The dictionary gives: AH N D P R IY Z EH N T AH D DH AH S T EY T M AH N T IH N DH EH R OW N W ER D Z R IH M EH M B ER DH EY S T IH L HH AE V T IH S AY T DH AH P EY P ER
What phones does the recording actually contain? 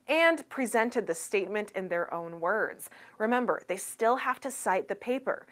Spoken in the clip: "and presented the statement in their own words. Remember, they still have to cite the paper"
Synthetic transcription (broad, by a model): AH N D P R IY Z EH N T AH D DH AH S T EY T M AH N T IH N DH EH R OW N W ER D Z R IH M EH M B ER DH EY S T IH L HH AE F T IH S AY T DH AH P EY P ER